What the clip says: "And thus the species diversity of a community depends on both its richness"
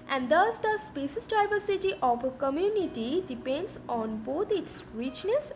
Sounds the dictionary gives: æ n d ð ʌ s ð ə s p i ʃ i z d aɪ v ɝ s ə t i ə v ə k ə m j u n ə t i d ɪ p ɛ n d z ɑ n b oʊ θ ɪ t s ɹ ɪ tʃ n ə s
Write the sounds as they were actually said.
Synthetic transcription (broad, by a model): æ n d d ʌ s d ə s p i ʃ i s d aɪ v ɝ s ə t i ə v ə k ə m j u n ə t i d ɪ p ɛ n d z ɑ n b oʊ t ɪ t s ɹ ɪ tʃ n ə s